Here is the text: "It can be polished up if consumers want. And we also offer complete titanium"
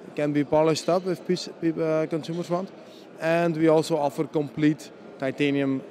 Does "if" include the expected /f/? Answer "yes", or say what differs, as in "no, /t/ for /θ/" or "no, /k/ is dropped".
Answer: no, /p/ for /f/